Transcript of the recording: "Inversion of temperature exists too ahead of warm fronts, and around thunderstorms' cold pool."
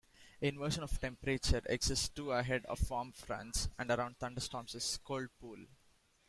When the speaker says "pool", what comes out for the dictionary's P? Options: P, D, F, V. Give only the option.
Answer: P